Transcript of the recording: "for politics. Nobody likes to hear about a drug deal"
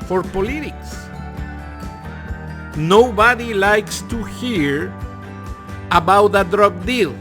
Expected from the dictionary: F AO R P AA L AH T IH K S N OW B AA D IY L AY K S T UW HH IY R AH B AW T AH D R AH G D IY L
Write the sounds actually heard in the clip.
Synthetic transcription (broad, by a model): F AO R P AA L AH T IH K S N OW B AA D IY L AY K S T UW HH IY R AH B AW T AH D R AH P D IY L